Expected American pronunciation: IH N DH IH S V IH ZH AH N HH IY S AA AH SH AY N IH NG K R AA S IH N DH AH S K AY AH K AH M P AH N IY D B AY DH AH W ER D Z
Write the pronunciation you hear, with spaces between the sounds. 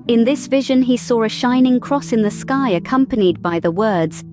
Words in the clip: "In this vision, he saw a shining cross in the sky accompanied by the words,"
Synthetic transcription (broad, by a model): IH N DH IH S V IH ZH AH N IY S AA AH SH AY N IH NG K R AA S IH N DH AH S K AY AH K AH M P AH N IY D B AY DH AH W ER D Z